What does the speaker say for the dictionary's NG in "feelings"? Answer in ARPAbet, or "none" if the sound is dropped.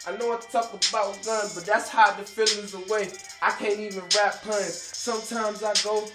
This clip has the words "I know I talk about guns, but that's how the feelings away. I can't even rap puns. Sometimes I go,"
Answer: none